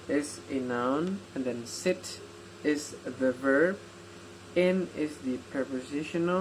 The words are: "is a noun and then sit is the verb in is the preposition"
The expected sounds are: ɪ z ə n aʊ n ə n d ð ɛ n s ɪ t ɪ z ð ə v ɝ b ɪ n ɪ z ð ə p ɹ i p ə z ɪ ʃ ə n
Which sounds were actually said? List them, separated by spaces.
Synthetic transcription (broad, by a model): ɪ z ə n aʊ n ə n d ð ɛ n s ɪ t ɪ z ð ə v ɝ b ɪ n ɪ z ð ə p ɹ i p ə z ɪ ʃ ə n